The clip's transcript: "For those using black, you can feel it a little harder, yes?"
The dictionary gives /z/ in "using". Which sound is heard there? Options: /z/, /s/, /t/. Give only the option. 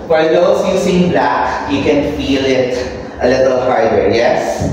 /s/